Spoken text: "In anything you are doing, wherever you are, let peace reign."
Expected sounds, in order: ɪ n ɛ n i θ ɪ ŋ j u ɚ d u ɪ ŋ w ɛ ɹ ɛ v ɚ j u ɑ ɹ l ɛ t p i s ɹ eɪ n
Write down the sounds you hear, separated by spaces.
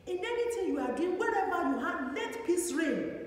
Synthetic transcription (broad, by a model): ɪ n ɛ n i t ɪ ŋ j u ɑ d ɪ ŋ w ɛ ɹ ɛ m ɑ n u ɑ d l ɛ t p i s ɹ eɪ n